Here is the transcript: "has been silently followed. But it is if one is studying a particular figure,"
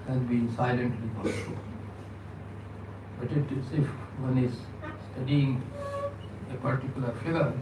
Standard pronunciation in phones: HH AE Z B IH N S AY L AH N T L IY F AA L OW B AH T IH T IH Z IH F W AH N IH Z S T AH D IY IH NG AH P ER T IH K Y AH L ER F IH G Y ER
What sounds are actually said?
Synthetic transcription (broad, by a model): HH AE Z B IH N S AY L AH N T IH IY P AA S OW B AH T IH T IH S IH F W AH N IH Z S T AH D IY IH NG AH P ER T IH K Y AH L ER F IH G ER